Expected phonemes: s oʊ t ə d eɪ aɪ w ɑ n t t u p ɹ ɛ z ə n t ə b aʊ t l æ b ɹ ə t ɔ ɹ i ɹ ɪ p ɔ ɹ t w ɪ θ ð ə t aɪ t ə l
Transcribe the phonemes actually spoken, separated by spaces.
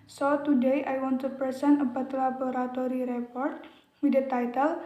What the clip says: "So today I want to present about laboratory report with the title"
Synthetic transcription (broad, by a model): s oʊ t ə d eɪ aɪ w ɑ n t t u p ɛ s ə n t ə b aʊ t l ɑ b ɹ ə t ɔ ɹ i ɹ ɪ p ɔ ɹ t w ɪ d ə t aɪ t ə l